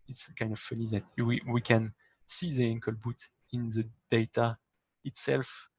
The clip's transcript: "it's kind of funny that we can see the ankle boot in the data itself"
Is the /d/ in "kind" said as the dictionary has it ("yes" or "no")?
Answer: yes